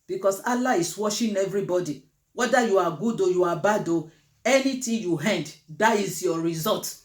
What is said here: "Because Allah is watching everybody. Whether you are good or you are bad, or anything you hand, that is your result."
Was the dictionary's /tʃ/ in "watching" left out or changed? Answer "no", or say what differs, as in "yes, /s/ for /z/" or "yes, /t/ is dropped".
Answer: yes, /ʃ/ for /tʃ/